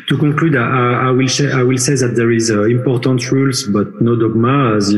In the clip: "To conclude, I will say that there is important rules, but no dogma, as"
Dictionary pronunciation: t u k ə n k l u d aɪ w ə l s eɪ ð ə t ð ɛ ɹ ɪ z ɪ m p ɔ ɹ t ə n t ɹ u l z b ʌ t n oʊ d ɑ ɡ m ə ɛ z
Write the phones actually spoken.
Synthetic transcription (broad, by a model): t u k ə k l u d aɪ w ə l s eɪ ð ə t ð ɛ ɹ ɪ z ɪ m p ɔ ɹ t ə n t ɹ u l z b ʌ t n oʊ d ɑ ɡ m ə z